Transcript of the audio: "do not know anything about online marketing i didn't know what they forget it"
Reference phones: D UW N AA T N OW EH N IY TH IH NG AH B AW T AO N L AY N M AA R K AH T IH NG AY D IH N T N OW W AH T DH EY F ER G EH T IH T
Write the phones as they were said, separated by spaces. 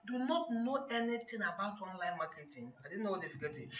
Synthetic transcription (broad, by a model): D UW N AA T N OW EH N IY T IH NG AH B AW T AO N L AY N M AA K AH T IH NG AY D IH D N OW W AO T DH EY F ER G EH T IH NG